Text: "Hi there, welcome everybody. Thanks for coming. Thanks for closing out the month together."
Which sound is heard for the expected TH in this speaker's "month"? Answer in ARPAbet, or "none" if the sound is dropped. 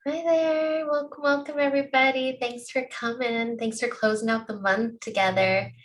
TH